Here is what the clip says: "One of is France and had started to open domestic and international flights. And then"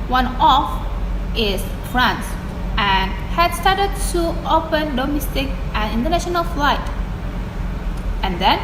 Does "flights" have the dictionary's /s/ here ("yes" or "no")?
no